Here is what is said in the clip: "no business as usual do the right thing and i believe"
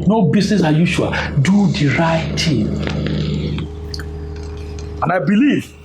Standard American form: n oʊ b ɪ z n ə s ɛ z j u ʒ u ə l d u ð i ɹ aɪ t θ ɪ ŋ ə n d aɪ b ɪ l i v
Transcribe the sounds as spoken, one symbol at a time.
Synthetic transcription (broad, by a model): n oʊ b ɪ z n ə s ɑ j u ʃ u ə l d u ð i ɹ aɪ t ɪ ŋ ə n aɪ b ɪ l i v